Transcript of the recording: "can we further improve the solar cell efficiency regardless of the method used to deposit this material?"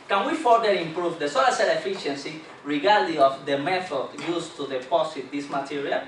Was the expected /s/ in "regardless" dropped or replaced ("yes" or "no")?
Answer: yes